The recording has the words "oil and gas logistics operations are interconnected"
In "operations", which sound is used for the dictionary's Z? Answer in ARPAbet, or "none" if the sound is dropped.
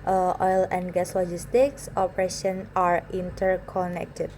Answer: none